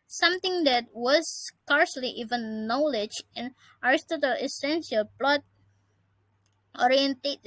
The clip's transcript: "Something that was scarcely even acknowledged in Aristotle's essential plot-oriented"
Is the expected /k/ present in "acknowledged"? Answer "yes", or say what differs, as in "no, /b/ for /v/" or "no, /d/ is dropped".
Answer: no, /k/ is dropped